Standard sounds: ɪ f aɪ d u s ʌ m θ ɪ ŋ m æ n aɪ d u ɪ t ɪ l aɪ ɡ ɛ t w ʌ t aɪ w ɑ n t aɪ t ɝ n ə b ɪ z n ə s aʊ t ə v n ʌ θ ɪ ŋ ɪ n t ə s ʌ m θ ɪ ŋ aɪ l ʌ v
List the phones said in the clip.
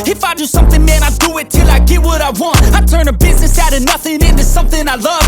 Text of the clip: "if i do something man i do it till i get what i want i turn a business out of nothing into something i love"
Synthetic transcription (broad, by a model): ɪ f aɪ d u s ʌ m θ ɪ ŋ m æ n aɪ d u ɪ t ɪ l aɪ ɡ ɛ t w ʌ t aɪ w ɑ n t aɪ t ɝ n ə b ɪ z n ə s aʊ t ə n ʌ θ ɪ ŋ ɪ n t ə s ʌ m θ ɪ ŋ aɪ l ʌ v